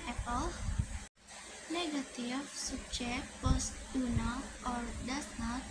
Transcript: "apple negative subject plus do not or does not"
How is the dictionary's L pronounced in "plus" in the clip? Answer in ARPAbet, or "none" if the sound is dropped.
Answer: none